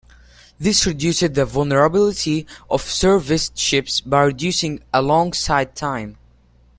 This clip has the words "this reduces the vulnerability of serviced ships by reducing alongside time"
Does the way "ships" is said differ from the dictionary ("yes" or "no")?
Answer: no